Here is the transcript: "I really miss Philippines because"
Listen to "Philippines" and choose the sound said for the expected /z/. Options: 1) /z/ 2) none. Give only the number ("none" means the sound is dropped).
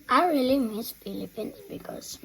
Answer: 2